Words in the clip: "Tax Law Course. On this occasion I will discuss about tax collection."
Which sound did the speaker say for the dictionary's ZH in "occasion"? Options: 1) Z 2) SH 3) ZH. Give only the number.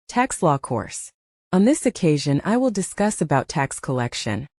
3